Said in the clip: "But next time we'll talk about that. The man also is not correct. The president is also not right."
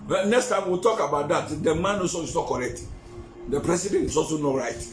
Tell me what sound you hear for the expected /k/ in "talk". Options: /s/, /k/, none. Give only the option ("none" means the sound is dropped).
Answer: /k/